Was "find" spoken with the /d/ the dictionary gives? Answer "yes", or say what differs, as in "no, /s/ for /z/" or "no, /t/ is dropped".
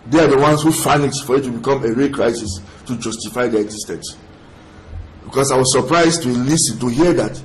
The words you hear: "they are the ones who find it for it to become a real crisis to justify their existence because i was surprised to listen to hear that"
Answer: no, /d/ is dropped